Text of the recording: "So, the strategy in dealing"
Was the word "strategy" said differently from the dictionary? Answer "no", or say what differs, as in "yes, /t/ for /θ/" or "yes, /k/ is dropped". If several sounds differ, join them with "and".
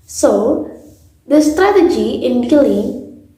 no